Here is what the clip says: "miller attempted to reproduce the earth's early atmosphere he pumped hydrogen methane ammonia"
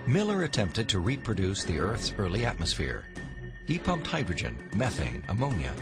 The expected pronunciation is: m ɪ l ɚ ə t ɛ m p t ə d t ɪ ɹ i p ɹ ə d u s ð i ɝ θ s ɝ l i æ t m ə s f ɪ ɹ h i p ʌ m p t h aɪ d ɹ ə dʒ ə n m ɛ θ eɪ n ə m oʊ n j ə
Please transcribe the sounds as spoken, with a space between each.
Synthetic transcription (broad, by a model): m ɪ l ɚ ə t ɛ m p t ə d t ɪ ɹ i p ɹ ə d u s ð i ɝ θ s ɝ l i æ t m ə s f ɪ ɹ h i p ʌ m p t h aɪ d ɹ ə dʒ ə n m ɛ θ eɪ n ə m oʊ n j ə